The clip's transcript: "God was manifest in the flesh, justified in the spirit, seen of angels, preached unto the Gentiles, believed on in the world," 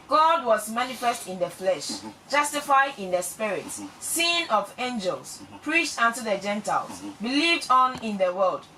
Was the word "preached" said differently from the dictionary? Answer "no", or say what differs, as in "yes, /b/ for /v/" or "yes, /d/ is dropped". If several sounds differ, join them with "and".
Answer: no